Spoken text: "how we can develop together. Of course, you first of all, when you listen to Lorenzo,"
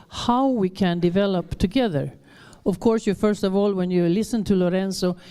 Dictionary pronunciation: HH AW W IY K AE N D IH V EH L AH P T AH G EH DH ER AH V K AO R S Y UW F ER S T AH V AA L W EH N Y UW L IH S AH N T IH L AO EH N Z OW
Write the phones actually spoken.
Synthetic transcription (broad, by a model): HH AW W IY K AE N D IH V EH L AH P T AH G EH DH ER AH V K AO R S Y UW F ER S T AH V AA L W EH N Y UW L IH S AH N T IH L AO EH N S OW